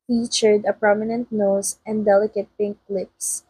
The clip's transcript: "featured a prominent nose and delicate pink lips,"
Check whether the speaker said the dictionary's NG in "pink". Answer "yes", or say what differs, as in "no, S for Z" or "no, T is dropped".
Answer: yes